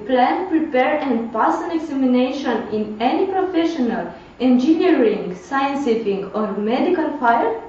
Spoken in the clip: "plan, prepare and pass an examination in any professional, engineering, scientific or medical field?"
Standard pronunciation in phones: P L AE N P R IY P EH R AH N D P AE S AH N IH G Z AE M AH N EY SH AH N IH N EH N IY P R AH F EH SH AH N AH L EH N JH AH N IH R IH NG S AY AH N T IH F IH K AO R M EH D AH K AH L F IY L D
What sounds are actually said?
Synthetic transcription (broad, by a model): P L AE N P R IY P EH R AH N P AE S AH N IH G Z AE M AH N EY SH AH N IH N EH N IY P R AH F EH SH AH N AH L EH N JH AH N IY R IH NG S AY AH N S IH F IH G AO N M EH D AH K AH L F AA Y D